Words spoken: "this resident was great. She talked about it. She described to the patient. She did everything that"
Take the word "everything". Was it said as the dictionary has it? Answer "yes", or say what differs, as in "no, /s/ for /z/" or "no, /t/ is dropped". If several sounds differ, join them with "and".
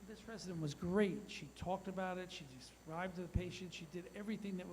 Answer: yes